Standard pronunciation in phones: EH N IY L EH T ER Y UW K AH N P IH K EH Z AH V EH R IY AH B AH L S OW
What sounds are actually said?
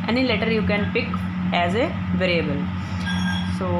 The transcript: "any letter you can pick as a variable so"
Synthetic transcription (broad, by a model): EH N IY L EH T ER Y UW K AH N P IH K EH Z AH V EH R IY AH B AH L S OW